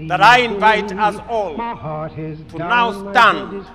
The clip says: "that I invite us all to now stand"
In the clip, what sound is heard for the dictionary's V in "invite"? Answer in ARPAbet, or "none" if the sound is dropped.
V